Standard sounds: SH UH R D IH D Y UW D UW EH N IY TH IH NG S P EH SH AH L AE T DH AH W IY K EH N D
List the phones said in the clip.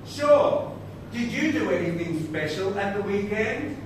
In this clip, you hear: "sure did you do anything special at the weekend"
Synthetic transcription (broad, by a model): SH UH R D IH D Y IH D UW EH N IY TH IH NG S P EH SH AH L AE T DH AH W IY K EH N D